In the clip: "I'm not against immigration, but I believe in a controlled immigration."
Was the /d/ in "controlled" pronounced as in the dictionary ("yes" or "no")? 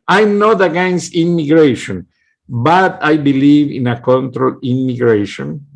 no